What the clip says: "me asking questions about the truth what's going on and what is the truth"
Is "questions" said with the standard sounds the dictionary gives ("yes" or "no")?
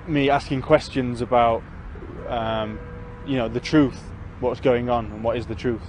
yes